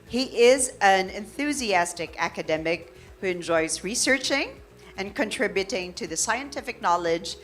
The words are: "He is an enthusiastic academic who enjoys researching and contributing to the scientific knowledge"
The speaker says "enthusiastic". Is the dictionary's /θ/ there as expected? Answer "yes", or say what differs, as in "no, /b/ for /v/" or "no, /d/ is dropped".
yes